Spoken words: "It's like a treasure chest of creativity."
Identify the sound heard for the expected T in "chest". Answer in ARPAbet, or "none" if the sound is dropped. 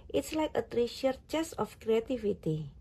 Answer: none